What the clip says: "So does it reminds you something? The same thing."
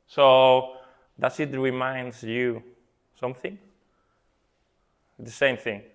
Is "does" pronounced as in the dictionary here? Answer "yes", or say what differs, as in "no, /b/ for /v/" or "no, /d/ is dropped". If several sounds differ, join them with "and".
no, /s/ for /z/